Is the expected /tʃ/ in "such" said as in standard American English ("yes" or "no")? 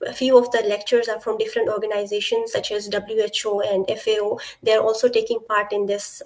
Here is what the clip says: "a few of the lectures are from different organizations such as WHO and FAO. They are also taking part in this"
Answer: yes